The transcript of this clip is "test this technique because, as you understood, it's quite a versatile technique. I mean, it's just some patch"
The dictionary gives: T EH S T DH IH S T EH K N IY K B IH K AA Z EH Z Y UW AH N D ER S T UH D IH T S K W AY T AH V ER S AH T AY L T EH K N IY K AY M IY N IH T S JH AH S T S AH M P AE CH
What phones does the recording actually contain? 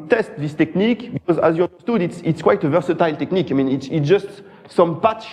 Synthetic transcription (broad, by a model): T EH S T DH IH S T EH K N IY K B IH K AA Z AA Z Y UW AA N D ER S T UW D IH T S K W AY T AH V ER S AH T AY L T EH K N IY K AY M IY N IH T S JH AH S T S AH M P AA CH